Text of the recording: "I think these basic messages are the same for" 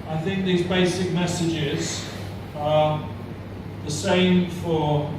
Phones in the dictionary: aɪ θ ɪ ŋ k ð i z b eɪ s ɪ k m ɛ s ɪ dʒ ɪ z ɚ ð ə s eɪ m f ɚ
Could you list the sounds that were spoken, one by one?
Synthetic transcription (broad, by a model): aɪ θ ɪ ŋ k ð i z b eɪ s ɪ k m ɛ s ɪ dʒ ɪ z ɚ ð ə s eɪ m f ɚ